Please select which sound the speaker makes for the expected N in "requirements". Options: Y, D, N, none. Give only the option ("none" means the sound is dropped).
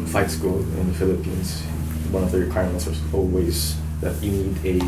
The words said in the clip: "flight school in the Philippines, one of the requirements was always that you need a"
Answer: none